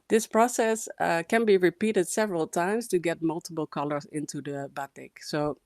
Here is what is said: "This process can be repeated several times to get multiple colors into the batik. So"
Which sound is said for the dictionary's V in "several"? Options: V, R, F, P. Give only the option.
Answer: V